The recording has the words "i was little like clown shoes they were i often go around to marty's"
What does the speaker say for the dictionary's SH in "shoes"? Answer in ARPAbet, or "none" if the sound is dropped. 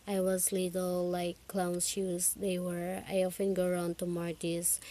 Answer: S